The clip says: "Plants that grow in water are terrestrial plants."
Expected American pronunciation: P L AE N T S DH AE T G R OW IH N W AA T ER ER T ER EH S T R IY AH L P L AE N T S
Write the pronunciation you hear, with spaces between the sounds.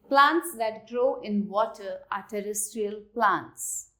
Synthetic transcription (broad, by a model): P L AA N T S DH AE T G R OW IH N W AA T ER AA T ER EH S T R IY AH L P L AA N T S